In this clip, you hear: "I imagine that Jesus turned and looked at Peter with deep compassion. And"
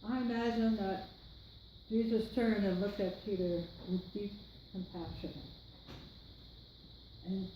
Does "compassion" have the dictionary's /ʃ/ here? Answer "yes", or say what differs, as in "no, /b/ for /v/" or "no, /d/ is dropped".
yes